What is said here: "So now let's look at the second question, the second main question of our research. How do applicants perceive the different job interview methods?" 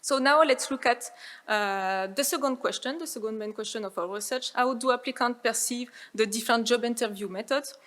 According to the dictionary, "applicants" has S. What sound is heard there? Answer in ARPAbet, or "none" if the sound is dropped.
none